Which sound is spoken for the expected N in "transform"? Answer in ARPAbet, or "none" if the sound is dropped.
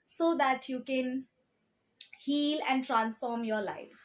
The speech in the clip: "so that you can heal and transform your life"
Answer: N